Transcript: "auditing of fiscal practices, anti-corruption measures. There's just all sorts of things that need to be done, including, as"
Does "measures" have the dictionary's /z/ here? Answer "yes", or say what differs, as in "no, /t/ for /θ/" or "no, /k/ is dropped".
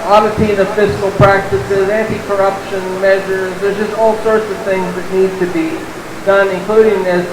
yes